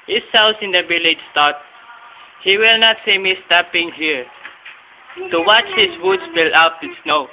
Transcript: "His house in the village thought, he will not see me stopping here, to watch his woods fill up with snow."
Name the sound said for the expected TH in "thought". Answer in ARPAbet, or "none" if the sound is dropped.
T